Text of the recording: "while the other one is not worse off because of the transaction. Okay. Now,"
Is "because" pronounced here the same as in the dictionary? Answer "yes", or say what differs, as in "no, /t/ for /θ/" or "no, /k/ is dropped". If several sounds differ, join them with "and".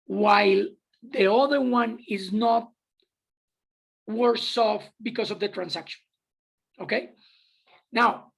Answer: no, /s/ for /z/